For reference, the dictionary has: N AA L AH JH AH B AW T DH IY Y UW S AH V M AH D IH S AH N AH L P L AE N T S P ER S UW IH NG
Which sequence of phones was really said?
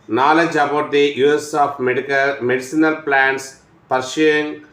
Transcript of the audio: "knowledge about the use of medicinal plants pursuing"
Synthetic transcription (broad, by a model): N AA L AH JH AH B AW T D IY Y UW S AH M M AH D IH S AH N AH L P L AE N T S P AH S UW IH NG